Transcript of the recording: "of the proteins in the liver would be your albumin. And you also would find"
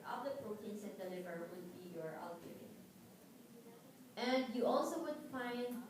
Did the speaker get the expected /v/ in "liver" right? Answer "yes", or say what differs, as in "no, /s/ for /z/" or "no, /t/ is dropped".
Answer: yes